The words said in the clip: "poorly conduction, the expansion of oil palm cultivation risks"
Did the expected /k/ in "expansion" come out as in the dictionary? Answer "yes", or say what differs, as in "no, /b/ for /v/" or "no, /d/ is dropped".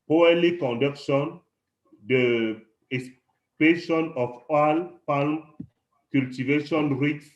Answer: no, /k/ is dropped